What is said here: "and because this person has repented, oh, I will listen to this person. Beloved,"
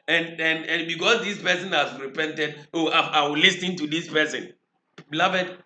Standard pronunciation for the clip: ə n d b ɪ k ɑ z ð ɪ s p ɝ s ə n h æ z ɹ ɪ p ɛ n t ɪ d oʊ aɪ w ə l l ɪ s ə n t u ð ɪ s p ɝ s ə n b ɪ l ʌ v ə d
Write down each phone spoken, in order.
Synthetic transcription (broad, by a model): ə n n b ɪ k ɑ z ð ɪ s p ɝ s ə n h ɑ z ɹ ɪ p ɛ n t ɪ d oʊ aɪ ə w l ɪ s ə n t u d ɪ s p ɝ s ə n b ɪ l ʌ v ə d